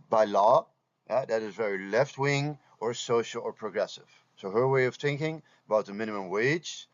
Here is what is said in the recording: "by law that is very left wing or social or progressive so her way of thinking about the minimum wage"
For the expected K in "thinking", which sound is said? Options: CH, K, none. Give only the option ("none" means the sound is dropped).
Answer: K